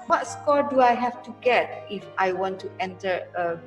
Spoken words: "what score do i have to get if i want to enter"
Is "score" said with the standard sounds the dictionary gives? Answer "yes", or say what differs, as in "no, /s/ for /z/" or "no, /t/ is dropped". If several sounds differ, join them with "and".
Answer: yes